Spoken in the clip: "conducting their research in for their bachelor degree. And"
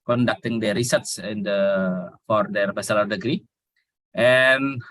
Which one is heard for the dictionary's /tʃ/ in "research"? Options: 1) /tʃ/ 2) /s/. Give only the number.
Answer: 2